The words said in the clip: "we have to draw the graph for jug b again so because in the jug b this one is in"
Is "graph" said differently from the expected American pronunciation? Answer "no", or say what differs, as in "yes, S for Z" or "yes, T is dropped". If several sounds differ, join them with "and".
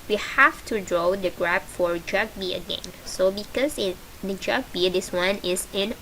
yes, P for F